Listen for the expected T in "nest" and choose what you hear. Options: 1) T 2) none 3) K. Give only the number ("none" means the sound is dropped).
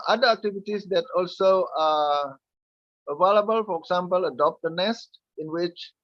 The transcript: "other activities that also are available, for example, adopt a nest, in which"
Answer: 1